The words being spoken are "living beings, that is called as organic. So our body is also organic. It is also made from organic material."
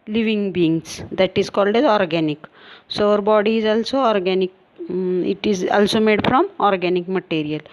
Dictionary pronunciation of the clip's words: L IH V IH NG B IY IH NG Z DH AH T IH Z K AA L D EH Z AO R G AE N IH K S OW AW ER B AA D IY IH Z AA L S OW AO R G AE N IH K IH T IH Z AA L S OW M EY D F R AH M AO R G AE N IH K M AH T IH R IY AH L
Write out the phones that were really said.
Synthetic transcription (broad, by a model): L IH V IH NG B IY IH NG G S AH T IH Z K AA L D EH Z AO R G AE N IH K S OW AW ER B AA D IY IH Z AA L S OW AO R G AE N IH K IH T IH Z AA L S OW M EY D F R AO M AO R G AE N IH K M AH T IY R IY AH L